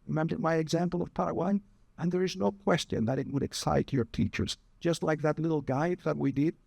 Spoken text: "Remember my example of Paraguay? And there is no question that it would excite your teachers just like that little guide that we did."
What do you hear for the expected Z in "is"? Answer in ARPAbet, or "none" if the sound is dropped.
Z